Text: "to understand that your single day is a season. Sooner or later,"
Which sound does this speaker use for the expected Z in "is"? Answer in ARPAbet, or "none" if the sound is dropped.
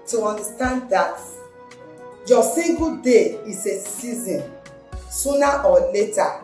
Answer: S